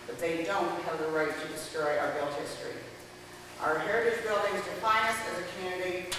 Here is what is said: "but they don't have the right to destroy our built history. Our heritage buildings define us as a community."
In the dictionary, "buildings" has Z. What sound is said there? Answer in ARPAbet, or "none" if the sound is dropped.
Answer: Z